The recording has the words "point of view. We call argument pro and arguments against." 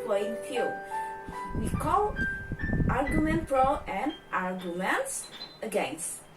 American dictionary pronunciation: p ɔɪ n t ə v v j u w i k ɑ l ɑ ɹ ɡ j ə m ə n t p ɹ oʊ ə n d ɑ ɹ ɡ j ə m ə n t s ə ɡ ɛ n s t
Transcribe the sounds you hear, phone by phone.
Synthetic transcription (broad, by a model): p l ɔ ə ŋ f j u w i k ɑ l ɑ ɹ ɡ j ə m ə n t f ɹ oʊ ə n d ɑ ɹ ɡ j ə m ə n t s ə ɡ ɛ n s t